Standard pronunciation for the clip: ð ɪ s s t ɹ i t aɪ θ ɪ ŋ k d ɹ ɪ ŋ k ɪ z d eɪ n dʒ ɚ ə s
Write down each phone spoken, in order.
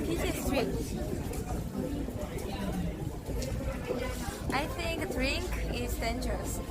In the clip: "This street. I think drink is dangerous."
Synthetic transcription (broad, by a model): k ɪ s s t ɹ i t aɪ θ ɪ ŋ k d ɹ ɪ ŋ k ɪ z d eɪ n dʒ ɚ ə s